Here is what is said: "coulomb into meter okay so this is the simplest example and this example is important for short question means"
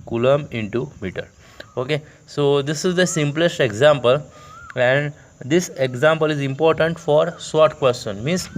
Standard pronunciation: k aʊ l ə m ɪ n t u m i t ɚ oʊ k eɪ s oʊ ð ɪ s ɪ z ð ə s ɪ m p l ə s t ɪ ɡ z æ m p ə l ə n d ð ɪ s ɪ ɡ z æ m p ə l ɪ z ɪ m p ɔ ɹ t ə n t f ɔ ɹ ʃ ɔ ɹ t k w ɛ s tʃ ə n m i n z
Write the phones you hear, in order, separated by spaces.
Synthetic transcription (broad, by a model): k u l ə m ɪ n t u m i t ɚ oʊ k eɪ s oʊ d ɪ s ɪ z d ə s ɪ m p l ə s t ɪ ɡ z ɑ m p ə l ə n d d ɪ s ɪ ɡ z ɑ m p ə l ɪ z ɪ m p ɔ ɹ t ə n t f ɔ ɹ s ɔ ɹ t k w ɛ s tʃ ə n m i n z